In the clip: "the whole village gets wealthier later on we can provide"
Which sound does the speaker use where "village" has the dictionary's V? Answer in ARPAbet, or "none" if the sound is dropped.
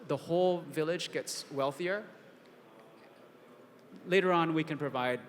V